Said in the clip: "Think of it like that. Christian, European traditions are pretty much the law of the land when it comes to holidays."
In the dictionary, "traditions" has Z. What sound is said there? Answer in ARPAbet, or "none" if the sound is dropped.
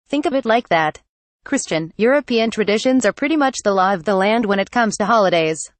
Z